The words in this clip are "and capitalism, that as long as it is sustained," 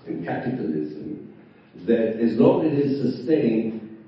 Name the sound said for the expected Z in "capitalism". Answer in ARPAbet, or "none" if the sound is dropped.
Z